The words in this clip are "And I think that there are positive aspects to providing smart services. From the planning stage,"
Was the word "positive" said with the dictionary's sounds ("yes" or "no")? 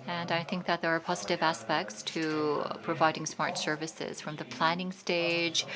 yes